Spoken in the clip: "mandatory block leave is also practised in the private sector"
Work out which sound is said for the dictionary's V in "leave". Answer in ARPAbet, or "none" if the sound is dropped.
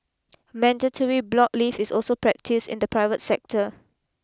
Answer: F